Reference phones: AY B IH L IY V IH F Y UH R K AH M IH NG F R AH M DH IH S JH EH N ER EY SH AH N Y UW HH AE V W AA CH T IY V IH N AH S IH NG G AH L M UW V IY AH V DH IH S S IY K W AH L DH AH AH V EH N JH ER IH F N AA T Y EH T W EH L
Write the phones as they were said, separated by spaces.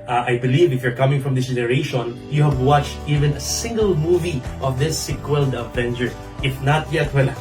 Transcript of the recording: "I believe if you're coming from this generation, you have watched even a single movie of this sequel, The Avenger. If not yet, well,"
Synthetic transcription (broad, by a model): AY B IH L IY V IH F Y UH R K AH M IH NG F R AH M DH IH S JH EH N ER EY SH AH N Y UW HH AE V W AA CH T IY V IH N AH S IH NG G AH L M UW V IY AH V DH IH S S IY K W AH L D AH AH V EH N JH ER IH F N AA T Y EH T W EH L